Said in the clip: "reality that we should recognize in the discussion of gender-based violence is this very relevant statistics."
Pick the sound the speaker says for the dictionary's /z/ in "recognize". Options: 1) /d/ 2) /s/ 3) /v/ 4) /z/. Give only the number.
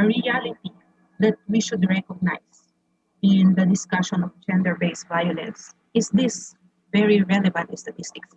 2